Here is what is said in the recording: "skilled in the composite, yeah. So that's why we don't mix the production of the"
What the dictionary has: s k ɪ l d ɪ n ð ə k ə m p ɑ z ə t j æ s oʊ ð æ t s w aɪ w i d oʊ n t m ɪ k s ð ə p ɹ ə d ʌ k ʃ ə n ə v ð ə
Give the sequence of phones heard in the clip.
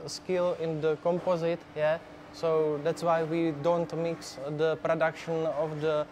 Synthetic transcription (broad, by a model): s k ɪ l ɪ n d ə k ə m p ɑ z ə t j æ s oʊ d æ t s w aɪ w i d oʊ n t m ɪ k s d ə p ɹ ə d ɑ k ʃ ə n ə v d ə